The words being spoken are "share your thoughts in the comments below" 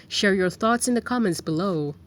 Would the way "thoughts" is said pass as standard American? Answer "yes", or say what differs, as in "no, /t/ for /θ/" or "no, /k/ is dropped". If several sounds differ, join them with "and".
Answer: yes